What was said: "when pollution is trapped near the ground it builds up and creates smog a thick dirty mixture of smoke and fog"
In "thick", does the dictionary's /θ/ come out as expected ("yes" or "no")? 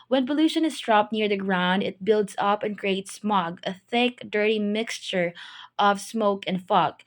yes